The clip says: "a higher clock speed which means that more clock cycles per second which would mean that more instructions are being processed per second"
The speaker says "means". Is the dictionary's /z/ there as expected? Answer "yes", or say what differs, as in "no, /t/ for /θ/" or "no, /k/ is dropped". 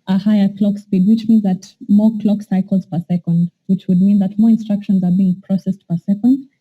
yes